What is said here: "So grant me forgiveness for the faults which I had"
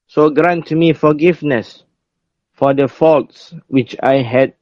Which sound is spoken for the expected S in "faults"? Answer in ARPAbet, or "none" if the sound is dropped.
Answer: S